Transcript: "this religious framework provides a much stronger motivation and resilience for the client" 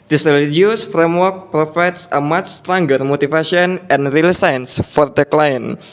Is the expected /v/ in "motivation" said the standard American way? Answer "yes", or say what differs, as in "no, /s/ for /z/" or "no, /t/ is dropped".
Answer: no, /f/ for /v/